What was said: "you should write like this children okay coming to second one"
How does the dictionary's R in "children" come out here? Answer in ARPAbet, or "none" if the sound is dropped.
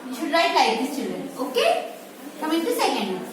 R